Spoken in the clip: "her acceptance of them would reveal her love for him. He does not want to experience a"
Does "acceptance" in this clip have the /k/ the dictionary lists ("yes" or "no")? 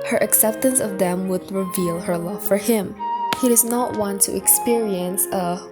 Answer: yes